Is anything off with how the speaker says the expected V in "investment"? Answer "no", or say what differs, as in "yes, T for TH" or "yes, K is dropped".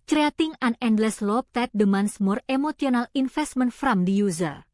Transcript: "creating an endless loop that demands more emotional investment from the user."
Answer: yes, F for V